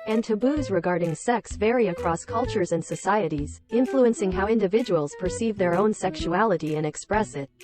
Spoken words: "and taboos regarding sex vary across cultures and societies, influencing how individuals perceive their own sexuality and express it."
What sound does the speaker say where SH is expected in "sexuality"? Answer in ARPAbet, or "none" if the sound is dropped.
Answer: SH